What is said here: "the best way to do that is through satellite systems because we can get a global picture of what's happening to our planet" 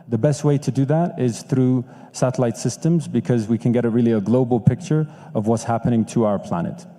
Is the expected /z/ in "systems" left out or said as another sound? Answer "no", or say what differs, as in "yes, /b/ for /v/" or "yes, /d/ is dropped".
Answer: no